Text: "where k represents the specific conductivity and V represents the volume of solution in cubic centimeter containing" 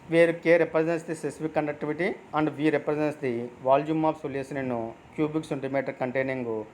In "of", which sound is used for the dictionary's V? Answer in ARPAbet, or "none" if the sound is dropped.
P